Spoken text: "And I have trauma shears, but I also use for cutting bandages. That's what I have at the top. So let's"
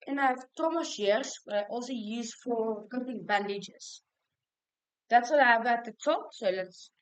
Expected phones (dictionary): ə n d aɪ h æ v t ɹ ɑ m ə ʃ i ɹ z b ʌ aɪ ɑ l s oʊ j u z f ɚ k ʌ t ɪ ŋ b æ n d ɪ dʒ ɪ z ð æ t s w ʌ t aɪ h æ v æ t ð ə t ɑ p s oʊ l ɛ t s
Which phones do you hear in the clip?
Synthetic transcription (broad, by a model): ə n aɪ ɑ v t ɑ m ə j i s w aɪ ɑ l s oʊ j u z f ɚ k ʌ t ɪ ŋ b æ n d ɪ dʒ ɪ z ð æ t s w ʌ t aɪ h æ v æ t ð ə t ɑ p s oʊ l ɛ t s